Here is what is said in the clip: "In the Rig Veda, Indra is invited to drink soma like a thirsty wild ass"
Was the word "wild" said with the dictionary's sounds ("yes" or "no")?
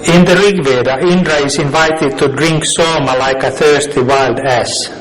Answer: yes